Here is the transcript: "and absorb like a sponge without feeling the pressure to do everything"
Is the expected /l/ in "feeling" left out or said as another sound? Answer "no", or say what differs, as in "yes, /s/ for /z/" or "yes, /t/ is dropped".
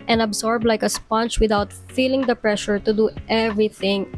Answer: no